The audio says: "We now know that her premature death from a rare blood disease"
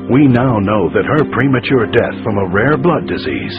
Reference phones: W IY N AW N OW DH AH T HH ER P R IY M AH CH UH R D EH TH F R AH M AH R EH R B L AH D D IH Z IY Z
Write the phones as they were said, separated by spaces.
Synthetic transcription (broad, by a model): W IY N AW N OW DH AH T HH ER P R IY M AH CH UH R D EH TH F R AH M AH R EH R B L AH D D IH Z IY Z